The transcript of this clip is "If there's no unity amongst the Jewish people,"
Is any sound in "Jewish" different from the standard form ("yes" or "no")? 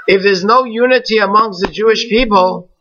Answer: no